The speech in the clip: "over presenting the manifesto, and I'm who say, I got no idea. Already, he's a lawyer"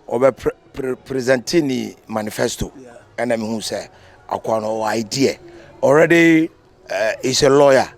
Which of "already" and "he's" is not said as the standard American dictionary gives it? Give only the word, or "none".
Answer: he's